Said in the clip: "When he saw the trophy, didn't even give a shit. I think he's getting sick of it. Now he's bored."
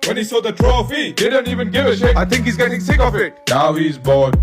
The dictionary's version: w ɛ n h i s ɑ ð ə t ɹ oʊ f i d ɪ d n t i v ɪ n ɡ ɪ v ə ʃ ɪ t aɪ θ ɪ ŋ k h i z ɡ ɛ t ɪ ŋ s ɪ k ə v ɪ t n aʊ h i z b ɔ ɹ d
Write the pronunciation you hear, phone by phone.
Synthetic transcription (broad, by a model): w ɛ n h i s ɑ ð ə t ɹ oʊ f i d ɪ d n t i v ɪ n ɡ ɪ v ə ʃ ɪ aɪ θ ɪ ŋ k h i z ɡ ɛ t ɪ ŋ s ɪ k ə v ɪ t n aʊ h i z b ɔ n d